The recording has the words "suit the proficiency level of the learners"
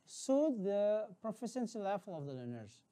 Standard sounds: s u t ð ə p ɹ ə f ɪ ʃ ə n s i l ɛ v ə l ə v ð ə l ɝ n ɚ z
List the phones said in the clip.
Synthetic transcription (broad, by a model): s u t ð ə p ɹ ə f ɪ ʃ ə n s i l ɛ f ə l ə v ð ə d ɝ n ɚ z